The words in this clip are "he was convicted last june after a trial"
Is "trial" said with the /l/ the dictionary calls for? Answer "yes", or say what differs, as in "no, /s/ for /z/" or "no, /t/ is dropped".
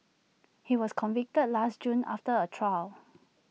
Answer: yes